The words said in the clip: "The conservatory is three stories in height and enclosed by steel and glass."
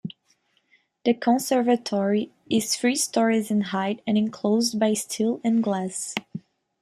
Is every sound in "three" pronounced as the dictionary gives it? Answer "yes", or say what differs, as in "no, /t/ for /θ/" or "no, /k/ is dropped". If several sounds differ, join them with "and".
no, /f/ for /θ/